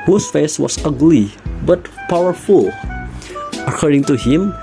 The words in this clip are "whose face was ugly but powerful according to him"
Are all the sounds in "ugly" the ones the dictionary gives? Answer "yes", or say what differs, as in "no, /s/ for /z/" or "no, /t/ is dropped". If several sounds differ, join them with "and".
yes